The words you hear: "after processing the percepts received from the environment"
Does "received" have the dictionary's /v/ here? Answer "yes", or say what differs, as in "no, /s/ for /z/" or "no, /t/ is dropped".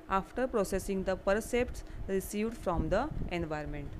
yes